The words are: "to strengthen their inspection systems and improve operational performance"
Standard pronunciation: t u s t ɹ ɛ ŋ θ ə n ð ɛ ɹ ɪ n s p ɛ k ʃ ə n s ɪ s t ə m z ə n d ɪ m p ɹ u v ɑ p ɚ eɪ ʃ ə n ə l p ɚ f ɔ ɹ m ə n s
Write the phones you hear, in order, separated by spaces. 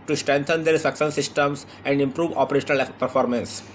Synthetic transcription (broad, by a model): t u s t ɹ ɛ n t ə n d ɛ ɹ s ʌ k s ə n s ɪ s t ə m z ə n d ɪ m p ɹ u v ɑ p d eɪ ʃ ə n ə l p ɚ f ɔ ɹ m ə n s